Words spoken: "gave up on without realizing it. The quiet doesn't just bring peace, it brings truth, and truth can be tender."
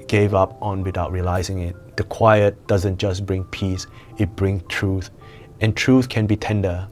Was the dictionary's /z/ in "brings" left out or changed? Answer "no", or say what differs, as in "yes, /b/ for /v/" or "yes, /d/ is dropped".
yes, /s/ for /z/